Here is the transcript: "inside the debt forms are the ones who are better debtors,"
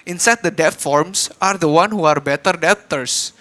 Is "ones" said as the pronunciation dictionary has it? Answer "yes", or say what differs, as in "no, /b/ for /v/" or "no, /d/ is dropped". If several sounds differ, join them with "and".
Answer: no, /z/ is dropped